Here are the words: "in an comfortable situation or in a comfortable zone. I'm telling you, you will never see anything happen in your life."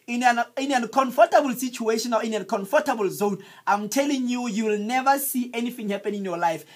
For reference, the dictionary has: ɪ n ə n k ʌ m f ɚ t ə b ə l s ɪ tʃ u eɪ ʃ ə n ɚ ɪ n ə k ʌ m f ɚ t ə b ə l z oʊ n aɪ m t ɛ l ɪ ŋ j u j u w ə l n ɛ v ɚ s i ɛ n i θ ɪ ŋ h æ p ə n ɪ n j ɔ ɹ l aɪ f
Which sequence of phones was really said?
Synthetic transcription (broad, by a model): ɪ n ə n k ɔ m f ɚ t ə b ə l s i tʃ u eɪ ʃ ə n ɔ ɪ n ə k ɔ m f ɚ t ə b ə l z oʊ n aɪ m t ɛ l ɪ ŋ j u j u w ə l n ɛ v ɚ s i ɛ n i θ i ŋ h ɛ p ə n ɪ n j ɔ l aɪ f